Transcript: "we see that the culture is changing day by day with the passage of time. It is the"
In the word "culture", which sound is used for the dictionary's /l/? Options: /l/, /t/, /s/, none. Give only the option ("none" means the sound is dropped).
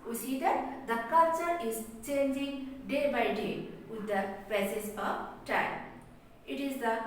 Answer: none